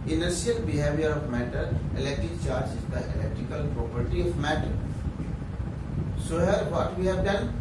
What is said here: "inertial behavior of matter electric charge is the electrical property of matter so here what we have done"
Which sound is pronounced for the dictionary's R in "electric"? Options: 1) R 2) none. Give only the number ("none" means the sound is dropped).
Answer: 1